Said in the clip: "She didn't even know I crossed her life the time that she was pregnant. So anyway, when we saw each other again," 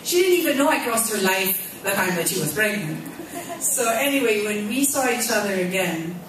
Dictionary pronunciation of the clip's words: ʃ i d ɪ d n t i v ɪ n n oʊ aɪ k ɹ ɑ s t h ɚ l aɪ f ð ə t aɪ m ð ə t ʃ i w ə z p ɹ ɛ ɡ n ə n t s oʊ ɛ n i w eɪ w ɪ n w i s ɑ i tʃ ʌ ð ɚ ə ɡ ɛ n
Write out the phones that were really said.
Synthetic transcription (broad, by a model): ʃ i d ɪ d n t i v ɪ n n oʊ aɪ k ɹ ɑ s t h ɚ l aɪ f ð ə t aɪ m ð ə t ʃ i w ə z b ɹ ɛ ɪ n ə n s oʊ ɛ n i w eɪ w ɪ n w i s ɑ i tʃ ʌ ð ɚ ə ɡ ɛ n